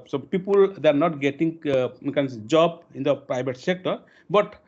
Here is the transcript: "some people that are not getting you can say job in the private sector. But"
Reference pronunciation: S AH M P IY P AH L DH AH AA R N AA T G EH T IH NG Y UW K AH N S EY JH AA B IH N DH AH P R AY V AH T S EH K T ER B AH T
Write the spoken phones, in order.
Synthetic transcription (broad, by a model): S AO P IY P AH L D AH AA R N AA T G EH T IH NG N K AH N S JH AA B IH N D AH P R AY B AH T S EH K T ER B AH T